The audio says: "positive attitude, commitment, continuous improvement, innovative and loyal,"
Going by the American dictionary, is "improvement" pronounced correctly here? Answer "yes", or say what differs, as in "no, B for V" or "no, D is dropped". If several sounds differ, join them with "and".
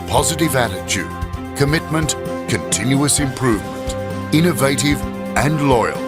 yes